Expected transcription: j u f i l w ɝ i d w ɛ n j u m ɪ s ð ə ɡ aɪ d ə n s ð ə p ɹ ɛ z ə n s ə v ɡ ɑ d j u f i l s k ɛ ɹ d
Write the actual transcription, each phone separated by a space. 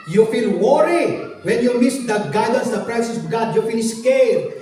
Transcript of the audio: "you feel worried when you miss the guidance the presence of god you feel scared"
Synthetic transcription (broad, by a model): j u f i l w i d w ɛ n j u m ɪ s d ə ɡ aɪ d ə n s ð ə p ɹ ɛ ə s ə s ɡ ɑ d j u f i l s k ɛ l